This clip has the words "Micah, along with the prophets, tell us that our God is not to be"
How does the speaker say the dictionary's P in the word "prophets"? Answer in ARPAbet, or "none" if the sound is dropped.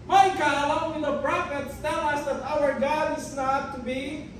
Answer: B